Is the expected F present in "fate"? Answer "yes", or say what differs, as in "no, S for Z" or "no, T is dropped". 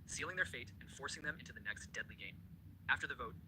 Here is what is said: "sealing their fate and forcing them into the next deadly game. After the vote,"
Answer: yes